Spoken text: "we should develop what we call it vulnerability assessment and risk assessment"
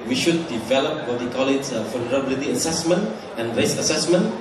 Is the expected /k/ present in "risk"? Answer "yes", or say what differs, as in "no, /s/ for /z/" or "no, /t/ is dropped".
no, /k/ is dropped